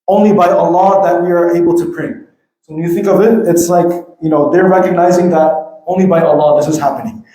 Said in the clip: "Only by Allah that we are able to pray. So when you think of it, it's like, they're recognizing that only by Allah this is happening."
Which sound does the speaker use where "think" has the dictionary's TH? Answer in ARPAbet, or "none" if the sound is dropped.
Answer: TH